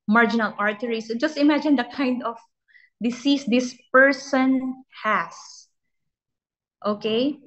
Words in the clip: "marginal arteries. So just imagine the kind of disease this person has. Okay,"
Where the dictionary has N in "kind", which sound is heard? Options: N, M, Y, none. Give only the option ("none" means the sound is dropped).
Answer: N